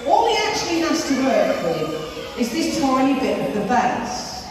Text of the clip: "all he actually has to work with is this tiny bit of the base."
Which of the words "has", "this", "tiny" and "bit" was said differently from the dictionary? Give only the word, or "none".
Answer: has